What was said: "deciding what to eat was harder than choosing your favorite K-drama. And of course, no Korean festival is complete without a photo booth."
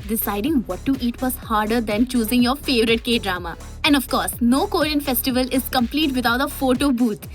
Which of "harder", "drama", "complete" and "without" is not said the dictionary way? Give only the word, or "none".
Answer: without